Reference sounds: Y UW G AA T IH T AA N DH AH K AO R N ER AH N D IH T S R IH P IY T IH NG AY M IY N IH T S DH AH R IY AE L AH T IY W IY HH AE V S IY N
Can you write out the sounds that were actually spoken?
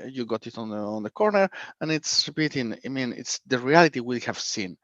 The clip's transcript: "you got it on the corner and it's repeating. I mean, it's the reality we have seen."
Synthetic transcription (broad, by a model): Y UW G AA T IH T AA N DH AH K AO R N ER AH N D IH T S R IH B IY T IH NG AY M IY N IH T S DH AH R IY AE L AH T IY W IY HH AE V S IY N